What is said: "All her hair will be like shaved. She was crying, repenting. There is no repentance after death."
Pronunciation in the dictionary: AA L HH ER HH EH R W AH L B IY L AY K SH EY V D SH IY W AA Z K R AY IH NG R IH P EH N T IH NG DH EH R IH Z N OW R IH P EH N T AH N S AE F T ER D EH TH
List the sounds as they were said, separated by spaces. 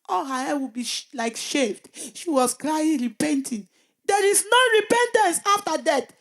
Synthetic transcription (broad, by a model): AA L HH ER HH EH W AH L B IY L AY K SH EY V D SH IY W AA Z K R AY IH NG R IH P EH N T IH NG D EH R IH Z N OW R IH P EH N T AH N S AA F T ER D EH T